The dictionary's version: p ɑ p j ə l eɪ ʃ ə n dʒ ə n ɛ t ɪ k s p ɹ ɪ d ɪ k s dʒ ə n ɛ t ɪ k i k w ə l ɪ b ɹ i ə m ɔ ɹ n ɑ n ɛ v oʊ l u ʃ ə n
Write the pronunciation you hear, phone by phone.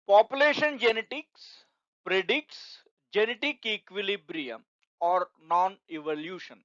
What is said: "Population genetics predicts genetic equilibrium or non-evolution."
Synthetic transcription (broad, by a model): p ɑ p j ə l eɪ ʃ ə n dʒ ə n ɛ t ɪ k s p ɹ ɪ d ɪ k s dʒ ə n ɛ t ɪ k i k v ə l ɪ b ɹ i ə m ɔ ɹ n ɑ n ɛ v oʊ l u ʃ ə n